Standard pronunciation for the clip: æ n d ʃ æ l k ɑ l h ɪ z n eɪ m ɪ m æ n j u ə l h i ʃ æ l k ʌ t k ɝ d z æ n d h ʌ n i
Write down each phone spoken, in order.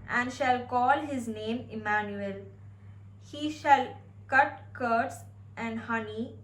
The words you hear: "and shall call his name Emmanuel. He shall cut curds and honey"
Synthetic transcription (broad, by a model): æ n d ʃ æ l k ɑ l h ɪ z n eɪ m ɪ m æ n j u ə l h i ʃ æ l k ʌ t k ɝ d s æ n d h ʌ n i